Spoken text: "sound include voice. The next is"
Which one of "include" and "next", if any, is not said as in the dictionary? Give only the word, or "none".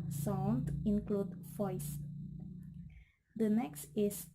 none